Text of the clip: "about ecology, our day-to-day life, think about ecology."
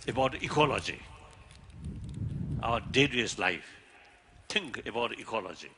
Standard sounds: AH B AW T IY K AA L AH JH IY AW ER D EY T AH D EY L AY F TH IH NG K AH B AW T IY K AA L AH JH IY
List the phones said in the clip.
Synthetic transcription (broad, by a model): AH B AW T IY K AA L AH JH IY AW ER D EY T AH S L AY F T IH NG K AH B AW T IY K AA L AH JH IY